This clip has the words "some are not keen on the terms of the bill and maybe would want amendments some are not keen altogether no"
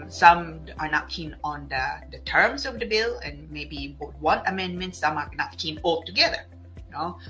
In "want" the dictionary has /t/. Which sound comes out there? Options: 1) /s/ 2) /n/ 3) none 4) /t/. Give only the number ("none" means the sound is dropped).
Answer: 3